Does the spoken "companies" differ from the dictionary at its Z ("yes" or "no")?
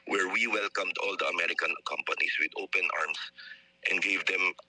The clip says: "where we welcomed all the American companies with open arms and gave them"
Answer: yes